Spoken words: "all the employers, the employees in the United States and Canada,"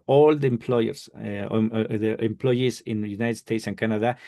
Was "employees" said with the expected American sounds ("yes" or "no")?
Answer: no